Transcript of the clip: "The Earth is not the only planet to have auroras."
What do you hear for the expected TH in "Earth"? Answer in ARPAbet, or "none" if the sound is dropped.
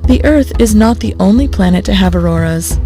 TH